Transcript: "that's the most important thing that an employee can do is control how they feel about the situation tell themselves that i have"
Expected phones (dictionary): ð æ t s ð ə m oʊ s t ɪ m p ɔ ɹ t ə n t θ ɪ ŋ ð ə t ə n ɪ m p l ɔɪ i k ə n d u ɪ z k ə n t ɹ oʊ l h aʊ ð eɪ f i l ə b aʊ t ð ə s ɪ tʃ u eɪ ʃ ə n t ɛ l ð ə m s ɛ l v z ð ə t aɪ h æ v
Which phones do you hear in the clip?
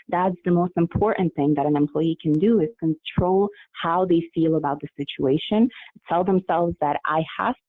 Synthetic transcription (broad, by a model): ð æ t s ð ə m oʊ s t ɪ m p ɔ ɹ t n θ ɪ ŋ ð ə t ə n ɪ m p l ɔɪ i k ə n d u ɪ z k ə n t ɹ oʊ l h aʊ ð eɪ f i l ə b aʊ t ð ə s ɪ tʃ u eɪ ʃ ə n t ɛ l ð ə m s ɛ l v z ð ə t aɪ h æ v